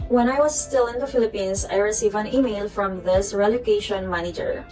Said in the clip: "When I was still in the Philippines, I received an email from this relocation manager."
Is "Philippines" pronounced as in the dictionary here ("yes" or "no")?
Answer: no